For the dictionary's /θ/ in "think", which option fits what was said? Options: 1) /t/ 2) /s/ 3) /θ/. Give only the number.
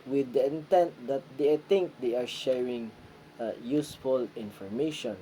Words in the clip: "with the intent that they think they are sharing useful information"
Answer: 1